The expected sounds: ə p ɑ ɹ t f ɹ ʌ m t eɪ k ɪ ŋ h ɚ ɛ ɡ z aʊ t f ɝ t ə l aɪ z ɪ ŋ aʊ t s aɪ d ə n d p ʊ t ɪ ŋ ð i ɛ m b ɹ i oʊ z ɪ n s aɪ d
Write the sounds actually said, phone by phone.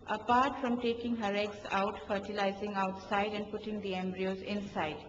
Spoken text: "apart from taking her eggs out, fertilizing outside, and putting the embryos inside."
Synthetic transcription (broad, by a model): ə p ɑ ɹ t f ɹ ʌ m t eɪ k ɪ ŋ h ɚ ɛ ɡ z aʊ t f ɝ t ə l aɪ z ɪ ŋ aʊ t s aɪ d ə n d p ʊ t ɪ ŋ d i ɛ m b ɹ i oʊ z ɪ n s aɪ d